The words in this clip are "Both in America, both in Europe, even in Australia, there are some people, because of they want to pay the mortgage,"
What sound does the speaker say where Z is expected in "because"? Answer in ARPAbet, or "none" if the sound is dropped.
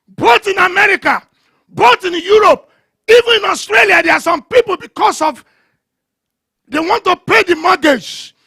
S